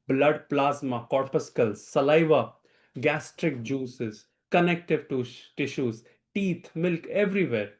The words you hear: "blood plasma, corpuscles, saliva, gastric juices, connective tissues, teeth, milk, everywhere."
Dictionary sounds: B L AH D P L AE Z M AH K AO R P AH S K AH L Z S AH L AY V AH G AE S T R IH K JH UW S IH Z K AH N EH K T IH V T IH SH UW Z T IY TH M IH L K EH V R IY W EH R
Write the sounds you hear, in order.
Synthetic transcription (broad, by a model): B L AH D P L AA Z M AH K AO R P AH S K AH L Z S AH L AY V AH G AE S T R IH K JH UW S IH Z K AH N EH K T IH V T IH SH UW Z T IY T M IH L K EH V R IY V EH R